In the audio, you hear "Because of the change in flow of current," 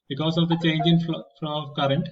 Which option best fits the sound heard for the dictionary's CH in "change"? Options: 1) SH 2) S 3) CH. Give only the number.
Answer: 3